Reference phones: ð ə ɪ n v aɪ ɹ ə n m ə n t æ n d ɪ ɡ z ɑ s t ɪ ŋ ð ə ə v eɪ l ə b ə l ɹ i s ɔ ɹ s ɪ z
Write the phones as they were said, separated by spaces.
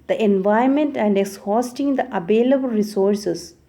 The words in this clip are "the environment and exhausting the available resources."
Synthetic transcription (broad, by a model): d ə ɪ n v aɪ ə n m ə n t æ n d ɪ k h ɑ s t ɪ ŋ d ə ə v eɪ l ə b ə l ɹ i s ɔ ɹ s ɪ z